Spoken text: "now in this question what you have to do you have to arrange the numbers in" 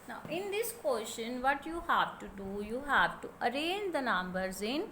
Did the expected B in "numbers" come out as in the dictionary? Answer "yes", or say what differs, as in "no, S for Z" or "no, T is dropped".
yes